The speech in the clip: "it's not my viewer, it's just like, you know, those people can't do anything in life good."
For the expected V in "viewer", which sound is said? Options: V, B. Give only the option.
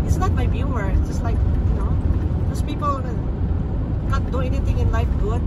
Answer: B